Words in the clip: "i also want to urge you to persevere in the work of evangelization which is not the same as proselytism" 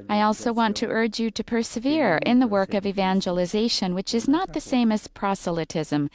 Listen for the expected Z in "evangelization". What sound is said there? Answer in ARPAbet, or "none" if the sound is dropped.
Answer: Z